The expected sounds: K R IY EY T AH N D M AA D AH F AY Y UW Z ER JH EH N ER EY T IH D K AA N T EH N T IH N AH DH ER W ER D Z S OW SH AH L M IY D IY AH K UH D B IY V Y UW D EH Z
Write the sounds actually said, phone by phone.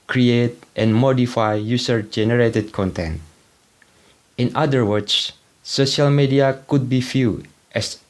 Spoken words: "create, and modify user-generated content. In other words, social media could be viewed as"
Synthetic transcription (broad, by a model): K R IY EY T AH N M AA D AH F AY Y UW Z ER JH EH N ER EY T IH D K AA N T EH N T IH N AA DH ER W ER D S S OW SH AH L M IY D IY AH K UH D B IY F Y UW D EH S